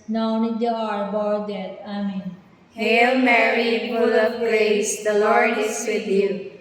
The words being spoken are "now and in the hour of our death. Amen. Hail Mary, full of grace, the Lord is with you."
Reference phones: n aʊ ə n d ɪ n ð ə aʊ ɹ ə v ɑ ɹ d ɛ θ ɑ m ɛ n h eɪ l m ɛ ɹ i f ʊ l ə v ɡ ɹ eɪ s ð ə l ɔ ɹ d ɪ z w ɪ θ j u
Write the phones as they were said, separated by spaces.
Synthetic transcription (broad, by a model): n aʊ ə n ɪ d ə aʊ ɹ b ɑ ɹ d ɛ t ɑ m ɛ n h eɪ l m ɛ ɹ i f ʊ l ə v ɡ ɹ eɪ s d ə l ɔ ɹ d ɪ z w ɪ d j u